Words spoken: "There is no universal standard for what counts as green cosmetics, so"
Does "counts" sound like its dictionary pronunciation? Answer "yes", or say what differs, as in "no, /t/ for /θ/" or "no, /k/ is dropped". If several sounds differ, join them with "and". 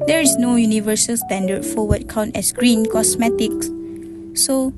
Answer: no, /s/ is dropped